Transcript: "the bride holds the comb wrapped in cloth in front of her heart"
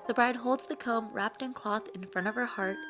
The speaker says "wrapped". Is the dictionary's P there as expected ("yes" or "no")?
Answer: yes